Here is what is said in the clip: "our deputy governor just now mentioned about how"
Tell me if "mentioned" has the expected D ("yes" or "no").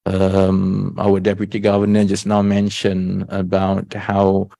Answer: no